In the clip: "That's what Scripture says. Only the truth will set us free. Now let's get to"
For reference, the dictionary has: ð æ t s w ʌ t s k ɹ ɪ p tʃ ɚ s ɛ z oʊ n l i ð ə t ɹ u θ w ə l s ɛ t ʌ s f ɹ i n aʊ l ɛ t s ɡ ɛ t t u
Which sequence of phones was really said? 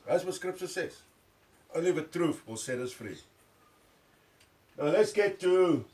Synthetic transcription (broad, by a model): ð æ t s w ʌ s k ɹ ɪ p s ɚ s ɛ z oʊ n l i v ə t ɹ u f w ə l s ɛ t ʌ s f ɹ i n aʊ l ɛ t s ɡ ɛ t t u